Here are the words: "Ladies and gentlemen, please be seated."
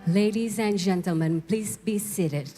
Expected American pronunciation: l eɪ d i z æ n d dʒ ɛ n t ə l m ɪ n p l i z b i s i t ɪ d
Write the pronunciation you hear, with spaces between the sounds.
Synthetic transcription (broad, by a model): l eɪ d i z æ n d dʒ ɛ n t ə l m ɪ n p l i z b i s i t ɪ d